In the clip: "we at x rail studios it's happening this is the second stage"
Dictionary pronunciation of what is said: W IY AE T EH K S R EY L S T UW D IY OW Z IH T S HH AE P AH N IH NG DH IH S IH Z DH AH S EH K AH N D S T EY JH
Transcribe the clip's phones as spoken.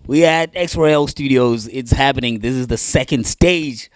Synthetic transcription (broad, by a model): W IY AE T EH K S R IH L S T UW D IY OW Z IH T S HH AE P AH N IH NG DH IH S IH Z DH AH S EH K AH N D S T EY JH